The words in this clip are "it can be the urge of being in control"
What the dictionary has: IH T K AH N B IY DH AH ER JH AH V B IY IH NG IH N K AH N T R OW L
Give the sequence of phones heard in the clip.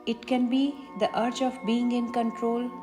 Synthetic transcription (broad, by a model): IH T K AH N B IY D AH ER CH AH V B IY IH NG IH N K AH N T R OW L